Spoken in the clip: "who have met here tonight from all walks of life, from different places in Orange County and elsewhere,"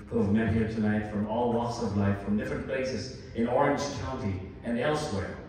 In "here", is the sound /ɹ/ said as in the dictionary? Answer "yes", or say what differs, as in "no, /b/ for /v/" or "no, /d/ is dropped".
yes